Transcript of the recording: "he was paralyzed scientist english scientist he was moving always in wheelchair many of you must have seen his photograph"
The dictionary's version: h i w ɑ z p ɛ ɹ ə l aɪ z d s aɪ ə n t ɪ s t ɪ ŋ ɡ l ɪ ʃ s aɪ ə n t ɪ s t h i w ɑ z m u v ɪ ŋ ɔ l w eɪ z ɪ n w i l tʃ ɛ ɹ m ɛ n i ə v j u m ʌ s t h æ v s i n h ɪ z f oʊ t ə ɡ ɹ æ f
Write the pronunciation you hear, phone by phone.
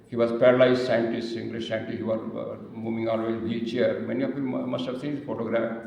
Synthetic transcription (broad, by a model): h i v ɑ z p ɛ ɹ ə l aɪ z s aɪ ə n t ɪ s t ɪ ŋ ɡ l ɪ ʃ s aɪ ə n t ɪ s h i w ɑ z m u v ɪ ŋ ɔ l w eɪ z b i tʃ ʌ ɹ m ɛ n i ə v j u m ʌ s t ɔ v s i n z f oʊ t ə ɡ ɹ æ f